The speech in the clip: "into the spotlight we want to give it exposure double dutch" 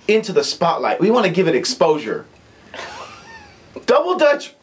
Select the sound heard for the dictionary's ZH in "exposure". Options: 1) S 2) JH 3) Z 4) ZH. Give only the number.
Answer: 4